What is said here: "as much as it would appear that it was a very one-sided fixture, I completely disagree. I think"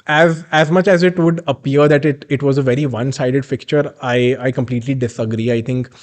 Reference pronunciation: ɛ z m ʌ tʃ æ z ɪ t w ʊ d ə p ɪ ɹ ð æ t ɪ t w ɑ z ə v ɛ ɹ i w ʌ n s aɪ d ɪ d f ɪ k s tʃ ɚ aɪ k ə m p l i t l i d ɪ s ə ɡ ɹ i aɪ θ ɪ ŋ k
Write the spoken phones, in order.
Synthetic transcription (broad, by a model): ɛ z m ʌ tʃ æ z ɪ t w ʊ d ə p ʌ ɹ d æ t ɪ t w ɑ z ə v ɛ ɹ i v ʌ n s aɪ d ɪ d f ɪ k tʃ ɚ aɪ k ə m p l i t l i d ɪ s ə ɡ ɹ i aɪ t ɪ ŋ k